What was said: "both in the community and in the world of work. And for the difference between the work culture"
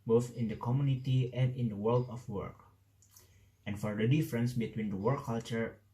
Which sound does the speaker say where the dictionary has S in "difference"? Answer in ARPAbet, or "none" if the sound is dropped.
S